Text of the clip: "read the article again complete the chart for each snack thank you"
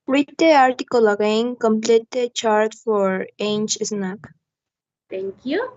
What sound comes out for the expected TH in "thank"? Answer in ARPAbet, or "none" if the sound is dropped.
T